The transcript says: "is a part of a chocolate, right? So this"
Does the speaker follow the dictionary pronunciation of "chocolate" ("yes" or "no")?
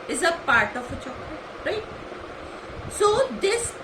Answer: no